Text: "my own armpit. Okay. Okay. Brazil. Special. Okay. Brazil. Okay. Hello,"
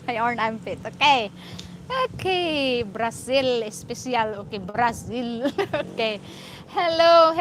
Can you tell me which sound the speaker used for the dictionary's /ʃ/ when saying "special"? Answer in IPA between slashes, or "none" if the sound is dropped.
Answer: /s/